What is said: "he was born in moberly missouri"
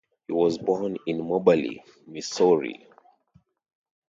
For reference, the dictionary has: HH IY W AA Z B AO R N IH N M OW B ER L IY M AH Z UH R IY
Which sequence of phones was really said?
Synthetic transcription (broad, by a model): HH IY W AA Z B AO R N IH N M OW B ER L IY M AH S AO R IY